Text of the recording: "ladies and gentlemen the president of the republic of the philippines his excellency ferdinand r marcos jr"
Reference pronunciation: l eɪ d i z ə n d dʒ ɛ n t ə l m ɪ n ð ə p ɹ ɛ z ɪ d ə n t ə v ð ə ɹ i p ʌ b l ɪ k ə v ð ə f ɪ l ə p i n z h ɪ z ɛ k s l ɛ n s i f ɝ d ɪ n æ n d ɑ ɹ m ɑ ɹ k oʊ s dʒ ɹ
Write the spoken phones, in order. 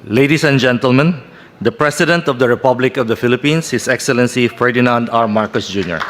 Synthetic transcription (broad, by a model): l eɪ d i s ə n dʒ ɛ n t ə l m ɪ n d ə p ɹ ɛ s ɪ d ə n t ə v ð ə ɹ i p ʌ b l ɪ k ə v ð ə f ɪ l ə p i n s h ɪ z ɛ k s l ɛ n s i f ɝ d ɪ n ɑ n d ɑ ɹ m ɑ ɹ k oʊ s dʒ ɹ